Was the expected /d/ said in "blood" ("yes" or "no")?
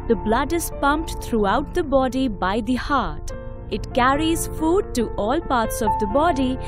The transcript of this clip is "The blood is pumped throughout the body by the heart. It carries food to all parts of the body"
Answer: yes